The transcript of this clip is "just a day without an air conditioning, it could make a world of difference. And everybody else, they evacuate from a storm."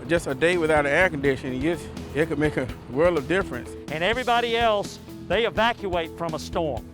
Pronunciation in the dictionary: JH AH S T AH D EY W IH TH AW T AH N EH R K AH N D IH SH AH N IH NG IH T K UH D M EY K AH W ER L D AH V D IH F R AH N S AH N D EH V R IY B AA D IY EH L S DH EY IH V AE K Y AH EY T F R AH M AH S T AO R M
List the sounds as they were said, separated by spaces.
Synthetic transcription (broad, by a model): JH AH S T AH D EY W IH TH AW T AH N EH R K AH N D IH SH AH N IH IH T K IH D M EY K AH W ER L D AH V D IH F R AH N S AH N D EH V R IY B AA D IY EH L S DH EY IH V AE K Y AH EY T F R AH M AH S T AO R M